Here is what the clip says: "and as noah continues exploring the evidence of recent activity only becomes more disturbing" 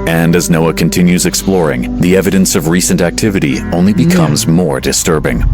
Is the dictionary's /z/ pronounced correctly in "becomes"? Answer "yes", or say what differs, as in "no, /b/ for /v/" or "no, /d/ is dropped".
yes